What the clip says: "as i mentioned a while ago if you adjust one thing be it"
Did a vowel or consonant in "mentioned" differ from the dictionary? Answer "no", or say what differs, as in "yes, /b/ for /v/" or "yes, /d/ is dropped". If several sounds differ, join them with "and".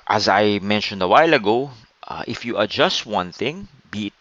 no